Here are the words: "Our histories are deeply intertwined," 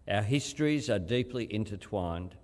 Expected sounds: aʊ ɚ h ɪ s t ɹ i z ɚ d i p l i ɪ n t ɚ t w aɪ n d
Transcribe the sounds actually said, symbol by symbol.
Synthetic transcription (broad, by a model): aʊ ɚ h ɪ s t ɹ i z ɚ d i p l i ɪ n t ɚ t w aɪ n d